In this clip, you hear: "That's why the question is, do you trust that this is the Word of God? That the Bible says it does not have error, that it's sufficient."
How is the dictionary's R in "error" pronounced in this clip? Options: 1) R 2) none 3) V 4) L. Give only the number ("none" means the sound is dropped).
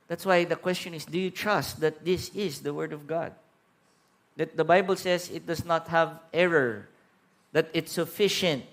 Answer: 1